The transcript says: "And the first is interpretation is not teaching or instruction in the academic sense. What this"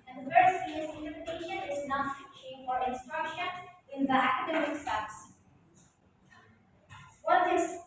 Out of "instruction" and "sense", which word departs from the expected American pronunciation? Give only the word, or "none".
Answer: sense